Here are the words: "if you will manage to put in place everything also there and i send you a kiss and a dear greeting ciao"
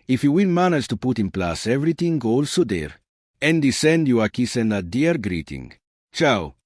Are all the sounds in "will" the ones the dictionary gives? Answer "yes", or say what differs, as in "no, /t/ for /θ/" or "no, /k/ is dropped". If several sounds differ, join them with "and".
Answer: no, /n/ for /l/